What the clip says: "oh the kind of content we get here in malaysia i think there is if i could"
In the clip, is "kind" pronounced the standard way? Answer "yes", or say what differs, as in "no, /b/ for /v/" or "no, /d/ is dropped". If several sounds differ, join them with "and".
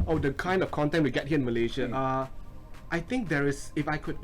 yes